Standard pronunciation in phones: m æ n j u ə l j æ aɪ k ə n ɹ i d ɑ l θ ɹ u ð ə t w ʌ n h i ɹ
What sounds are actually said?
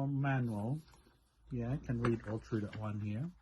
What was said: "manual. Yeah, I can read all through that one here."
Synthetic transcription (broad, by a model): m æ n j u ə l j æ k ə n ɹ i d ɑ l t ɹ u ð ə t w ʌ n h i ɹ